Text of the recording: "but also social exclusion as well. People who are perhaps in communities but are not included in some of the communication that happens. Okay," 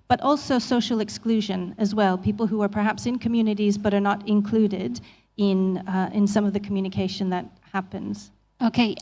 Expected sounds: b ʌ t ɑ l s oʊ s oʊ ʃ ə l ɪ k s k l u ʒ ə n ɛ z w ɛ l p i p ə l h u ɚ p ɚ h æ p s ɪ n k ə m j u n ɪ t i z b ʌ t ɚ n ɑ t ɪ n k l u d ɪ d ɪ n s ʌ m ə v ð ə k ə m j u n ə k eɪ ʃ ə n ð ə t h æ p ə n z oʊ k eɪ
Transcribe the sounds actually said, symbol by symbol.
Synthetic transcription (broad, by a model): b ʌ t ɑ l s oʊ s oʊ ʃ l ɪ k s k l u ʒ ə n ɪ z w ɛ l p i p l h u ɚ p ɚ h æ p s ɪ n k ə m j u n ɪ t i z b ʌ t ɚ n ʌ t ɪ n k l u d ɪ d ɪ n s ʌ m ə v ð ə k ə m j u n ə k eɪ ʃ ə n ð ə t h æ p ə n z oʊ k eɪ